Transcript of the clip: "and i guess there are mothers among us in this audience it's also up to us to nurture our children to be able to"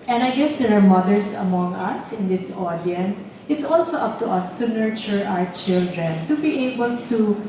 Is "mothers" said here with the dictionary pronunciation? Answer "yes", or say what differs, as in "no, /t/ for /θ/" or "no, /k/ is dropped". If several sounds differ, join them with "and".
no, /s/ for /z/